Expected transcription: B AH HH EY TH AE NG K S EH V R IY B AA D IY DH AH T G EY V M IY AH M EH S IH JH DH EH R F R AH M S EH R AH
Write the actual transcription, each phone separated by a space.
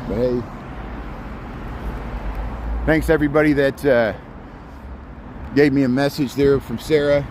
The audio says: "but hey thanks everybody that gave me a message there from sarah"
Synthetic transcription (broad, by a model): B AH HH EY TH AE NG K S EH V R IY B AA D IY DH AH T G EY V M IY AH M EH S IH JH DH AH R F R AH M S EH R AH